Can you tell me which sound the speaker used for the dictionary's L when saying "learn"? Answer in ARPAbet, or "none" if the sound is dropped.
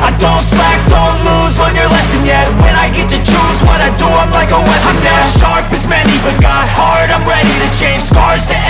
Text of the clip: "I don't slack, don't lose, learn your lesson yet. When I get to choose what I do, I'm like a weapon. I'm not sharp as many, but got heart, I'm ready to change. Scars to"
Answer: W